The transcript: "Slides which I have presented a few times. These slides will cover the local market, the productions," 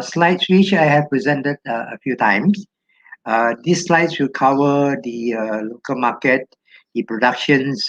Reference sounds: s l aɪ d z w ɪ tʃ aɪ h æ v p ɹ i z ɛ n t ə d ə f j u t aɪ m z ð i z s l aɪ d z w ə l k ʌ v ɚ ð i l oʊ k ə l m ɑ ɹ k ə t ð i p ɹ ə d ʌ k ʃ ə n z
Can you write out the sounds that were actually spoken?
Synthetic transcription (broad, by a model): s l aɪ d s w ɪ tʃ aɪ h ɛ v p ɹ i z ɛ n t ə d ə f j u t aɪ m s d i s l aɪ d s w ə l k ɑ w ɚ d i l oʊ k ə l m ɑ k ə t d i p ɹ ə d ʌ k ʃ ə n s